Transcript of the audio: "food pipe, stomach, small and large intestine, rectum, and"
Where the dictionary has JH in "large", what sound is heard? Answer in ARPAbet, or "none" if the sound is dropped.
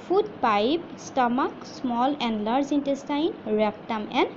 Z